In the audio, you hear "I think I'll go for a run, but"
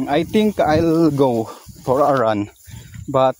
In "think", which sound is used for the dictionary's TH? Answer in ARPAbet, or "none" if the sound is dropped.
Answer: T